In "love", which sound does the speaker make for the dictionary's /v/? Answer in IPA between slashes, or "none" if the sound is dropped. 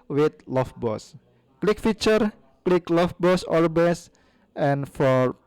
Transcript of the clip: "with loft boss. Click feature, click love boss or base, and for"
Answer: /f/